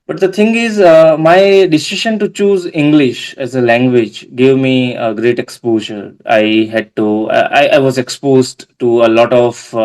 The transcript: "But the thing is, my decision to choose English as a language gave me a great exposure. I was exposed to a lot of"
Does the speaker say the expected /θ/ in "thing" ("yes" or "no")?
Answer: no